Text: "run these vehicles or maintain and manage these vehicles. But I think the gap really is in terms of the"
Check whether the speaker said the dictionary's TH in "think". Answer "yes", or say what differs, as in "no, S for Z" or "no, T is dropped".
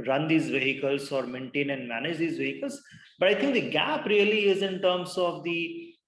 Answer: no, T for TH